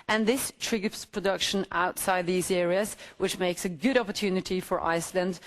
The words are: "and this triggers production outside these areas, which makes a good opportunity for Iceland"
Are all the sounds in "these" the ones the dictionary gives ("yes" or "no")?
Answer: yes